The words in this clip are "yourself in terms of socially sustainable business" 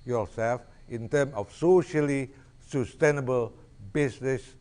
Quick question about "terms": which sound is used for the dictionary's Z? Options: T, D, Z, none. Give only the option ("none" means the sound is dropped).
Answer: none